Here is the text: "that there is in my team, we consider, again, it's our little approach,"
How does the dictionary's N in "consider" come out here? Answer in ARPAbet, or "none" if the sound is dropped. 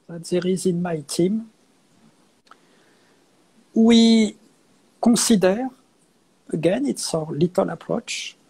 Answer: none